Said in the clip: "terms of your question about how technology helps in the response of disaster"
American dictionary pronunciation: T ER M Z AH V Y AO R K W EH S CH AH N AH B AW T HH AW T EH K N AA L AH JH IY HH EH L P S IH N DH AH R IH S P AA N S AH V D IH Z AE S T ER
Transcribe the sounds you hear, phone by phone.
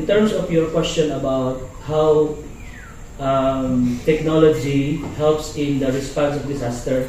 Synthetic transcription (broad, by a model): T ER M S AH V Y AO R K W EH S CH AH N AH B AW T HH AW T EH K N AA L AH JH IY HH EH L P S IH N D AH R IH S P AA N S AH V D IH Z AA S T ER